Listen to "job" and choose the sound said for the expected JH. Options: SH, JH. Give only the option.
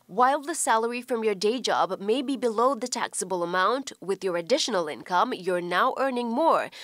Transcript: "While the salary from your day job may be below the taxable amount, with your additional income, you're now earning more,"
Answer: JH